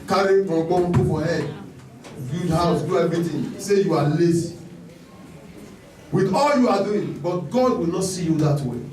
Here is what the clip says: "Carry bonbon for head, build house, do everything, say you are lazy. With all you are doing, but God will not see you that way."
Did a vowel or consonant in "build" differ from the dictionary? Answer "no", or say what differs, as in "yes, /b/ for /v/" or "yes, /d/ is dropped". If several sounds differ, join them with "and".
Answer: yes, /l/ is dropped